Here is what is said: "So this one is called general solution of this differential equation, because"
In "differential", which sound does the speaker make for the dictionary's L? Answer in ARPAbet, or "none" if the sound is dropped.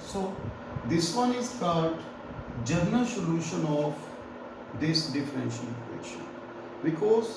N